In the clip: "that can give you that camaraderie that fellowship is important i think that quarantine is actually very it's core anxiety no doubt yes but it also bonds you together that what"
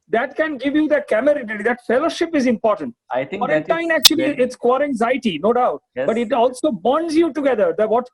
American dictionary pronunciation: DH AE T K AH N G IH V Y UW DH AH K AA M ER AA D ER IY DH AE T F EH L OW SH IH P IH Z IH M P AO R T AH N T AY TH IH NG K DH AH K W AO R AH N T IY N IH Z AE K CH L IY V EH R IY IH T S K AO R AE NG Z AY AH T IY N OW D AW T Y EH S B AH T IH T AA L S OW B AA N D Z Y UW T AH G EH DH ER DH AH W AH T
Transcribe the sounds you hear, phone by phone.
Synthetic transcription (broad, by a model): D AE T K AH N G IH V Y UW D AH K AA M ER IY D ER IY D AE T F EH L OW SH IH P IH Z IH M P AO R T AH N T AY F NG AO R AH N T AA IH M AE K CH IY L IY IH T S K AO R AE NG Z AY AH T IY N OW D AW T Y B AH T IH T AA L S OW B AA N D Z Y UW T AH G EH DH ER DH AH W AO T